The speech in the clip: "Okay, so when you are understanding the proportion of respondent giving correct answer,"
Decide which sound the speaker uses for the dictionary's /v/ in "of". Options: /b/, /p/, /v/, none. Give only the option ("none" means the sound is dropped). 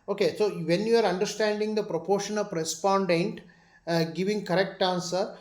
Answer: /p/